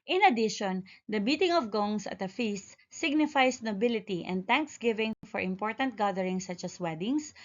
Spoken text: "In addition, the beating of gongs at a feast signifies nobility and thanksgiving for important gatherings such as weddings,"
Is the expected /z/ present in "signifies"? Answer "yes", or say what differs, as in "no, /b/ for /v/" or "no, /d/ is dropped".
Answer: no, /s/ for /z/